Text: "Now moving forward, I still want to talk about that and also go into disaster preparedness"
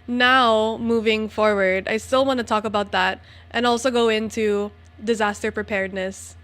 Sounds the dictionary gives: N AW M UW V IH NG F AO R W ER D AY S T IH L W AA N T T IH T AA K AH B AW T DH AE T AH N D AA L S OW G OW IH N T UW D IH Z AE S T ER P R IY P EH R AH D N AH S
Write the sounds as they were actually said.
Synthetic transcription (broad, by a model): N AW M UW V IH NG F AO R W ER D AY S T IH L W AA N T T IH T AA K AH B AW T DH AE T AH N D AA L S OW G OW IH N T UW D IH Z AE S T ER P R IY P EH R D N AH S